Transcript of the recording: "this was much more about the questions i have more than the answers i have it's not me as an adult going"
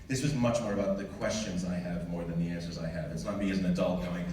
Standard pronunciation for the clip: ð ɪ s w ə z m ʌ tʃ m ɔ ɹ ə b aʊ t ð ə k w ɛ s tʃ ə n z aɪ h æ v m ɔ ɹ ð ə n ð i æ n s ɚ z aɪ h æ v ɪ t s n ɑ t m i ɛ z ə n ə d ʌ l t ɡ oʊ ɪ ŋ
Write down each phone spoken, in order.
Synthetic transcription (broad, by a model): ð ɪ s w ə z m ʌ tʃ m ɔ ɹ ə b aʊ t ð ə k w ɛ s tʃ ə n z aɪ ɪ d m ɔ ɹ ð ə n ð i æ n s ɚ z aɪ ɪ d ɪ t s n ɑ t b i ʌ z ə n ə d ʌ l t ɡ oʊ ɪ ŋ